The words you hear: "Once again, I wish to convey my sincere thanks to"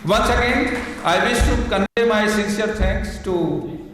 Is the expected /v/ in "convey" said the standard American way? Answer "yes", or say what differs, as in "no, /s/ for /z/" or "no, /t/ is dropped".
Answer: no, /v/ is dropped